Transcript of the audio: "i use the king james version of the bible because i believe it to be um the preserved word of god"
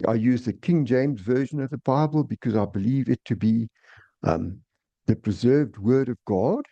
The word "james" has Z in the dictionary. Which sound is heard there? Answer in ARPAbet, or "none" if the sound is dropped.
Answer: Z